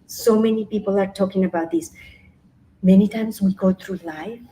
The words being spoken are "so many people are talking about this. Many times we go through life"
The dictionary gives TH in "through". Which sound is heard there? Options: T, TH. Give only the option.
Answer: T